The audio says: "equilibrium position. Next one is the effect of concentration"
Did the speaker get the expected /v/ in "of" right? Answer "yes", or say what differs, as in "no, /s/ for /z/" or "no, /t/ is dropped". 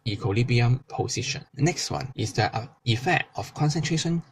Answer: no, /f/ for /v/